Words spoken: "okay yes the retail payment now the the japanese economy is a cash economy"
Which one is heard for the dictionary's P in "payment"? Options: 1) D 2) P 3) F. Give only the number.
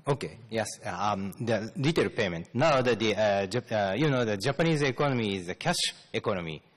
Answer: 2